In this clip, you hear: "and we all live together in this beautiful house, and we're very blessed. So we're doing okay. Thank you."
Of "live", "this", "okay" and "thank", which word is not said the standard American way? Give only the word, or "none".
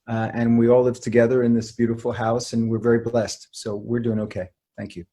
none